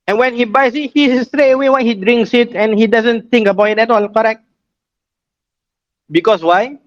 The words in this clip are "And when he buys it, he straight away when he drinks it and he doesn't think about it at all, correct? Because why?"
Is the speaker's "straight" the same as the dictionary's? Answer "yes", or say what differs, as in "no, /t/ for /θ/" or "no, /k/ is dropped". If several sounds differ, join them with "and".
yes